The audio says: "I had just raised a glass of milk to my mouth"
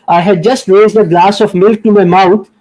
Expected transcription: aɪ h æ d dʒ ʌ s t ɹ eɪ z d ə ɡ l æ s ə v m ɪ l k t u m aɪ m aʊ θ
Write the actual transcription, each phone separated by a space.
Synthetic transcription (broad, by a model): aɪ h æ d dʒ ʌ s t ɹ eɪ z d ə ɡ l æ s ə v m ɪ l k t u m aɪ m aʊ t